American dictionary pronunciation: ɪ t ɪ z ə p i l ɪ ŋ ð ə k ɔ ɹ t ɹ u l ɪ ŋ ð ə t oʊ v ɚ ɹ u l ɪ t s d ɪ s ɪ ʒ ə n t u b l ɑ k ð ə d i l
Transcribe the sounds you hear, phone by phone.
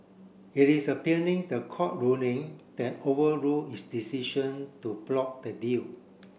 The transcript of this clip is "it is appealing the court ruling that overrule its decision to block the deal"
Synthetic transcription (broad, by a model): ɪ t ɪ s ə p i n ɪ ŋ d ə k ɔ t ɹ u n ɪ ŋ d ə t oʊ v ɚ ɹ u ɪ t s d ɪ s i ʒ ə n t u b l ɑ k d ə d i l